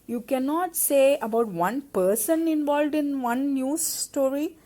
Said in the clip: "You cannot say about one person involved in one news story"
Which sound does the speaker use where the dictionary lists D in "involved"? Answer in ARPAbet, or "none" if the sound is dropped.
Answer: D